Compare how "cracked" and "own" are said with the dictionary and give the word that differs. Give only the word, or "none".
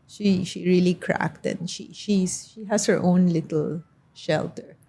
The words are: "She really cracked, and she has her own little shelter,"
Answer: none